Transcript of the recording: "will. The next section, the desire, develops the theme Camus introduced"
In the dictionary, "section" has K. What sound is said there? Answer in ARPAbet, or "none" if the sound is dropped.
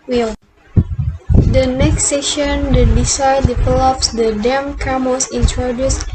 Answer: none